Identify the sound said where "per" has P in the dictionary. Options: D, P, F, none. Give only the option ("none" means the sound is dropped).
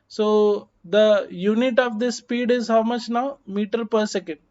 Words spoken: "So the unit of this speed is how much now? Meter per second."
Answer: P